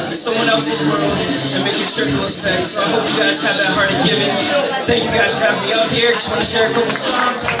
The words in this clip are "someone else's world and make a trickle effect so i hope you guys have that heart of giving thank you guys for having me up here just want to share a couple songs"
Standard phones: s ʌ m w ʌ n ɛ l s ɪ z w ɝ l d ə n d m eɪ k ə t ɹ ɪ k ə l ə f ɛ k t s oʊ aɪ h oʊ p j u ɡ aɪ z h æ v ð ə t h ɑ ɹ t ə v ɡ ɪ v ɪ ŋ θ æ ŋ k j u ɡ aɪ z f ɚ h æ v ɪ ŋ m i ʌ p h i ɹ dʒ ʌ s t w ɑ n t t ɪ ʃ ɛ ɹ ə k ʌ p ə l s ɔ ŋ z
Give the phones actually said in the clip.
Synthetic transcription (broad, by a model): s ʌ m w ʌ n ɛ l s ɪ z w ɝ l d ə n m eɪ k ə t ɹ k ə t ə ɪ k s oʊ aɪ h oʊ p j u ɡ aɪ z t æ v ð ə t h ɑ ɹ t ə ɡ ɪ v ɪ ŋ θ æ ŋ k j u ɡ aɪ z f ɚ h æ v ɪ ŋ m i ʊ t h i ɹ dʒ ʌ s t w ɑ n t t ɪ ʃ ɛ ɹ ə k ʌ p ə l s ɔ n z